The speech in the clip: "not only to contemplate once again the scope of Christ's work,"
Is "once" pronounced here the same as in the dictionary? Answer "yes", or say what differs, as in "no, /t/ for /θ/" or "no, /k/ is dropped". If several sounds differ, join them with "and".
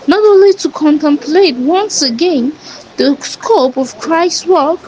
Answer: yes